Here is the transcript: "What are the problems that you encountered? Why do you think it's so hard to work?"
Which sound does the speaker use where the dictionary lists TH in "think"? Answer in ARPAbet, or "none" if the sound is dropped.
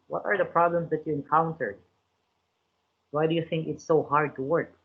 TH